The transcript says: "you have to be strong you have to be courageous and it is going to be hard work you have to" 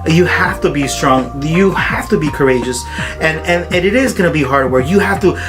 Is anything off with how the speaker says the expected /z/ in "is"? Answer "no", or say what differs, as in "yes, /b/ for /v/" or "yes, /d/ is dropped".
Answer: no